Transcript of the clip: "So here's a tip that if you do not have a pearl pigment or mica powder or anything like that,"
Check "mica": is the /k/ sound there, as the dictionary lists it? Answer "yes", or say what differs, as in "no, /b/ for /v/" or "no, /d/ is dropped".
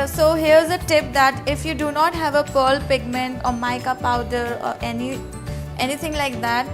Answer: yes